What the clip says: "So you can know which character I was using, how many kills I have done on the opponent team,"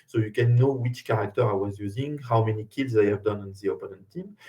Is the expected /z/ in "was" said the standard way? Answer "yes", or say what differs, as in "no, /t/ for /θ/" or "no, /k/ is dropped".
yes